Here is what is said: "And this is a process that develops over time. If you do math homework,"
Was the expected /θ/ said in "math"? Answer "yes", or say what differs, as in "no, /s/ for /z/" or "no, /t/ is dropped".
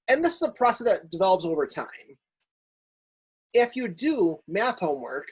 yes